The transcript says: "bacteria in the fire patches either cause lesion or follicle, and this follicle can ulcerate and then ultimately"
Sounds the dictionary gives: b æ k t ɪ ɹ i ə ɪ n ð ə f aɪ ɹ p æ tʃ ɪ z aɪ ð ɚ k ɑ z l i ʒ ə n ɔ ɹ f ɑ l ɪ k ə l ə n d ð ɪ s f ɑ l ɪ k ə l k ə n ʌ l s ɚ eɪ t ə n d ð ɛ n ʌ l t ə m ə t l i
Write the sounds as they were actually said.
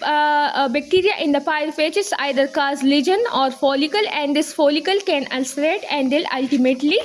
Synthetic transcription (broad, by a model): b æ k t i ɹ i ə ɪ n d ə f aɪ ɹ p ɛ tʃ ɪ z aɪ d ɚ k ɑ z l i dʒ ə n ɔ ɹ f ɑ l ɪ k ə l ə n d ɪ s f ɑ l ɪ k ə l k ə n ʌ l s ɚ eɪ t ə n d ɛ l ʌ l t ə m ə t l i